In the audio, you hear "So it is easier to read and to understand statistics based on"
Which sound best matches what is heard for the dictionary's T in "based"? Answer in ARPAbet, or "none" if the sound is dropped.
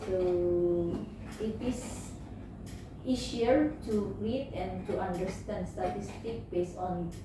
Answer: none